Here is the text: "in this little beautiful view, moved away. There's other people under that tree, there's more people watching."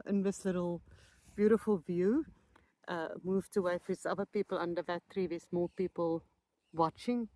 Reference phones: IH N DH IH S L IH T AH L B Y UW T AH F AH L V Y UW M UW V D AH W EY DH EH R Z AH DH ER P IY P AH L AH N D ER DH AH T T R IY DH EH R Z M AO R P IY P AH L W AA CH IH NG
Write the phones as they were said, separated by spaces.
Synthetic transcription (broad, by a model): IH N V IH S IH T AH L B Y UW T AH F AH L V Y UW M UW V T AH W EY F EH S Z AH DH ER P IY P AH L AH N D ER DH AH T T R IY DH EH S M AO L P IY P AH L W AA CH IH NG